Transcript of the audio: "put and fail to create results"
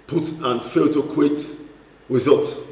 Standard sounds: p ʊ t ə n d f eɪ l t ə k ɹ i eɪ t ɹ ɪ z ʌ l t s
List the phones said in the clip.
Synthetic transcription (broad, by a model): p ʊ t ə n f eɪ l t ə k w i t ɹ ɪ z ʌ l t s